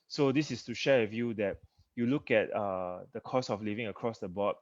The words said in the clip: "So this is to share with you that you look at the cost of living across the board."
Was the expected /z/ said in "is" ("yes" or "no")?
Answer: no